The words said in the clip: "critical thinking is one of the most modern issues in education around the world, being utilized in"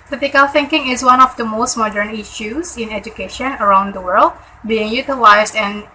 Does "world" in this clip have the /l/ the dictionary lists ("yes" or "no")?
yes